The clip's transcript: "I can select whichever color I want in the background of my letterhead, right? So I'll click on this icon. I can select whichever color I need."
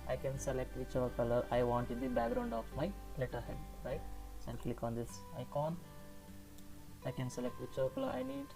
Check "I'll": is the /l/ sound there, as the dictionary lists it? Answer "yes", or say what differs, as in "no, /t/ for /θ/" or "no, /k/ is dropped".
no, /n/ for /l/